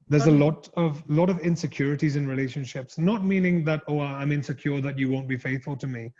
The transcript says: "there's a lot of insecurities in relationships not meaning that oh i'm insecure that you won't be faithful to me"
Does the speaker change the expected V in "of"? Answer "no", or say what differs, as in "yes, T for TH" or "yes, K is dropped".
no